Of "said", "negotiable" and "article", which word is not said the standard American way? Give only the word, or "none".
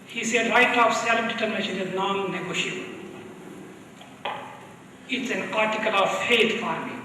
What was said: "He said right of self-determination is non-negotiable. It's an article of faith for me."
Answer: negotiable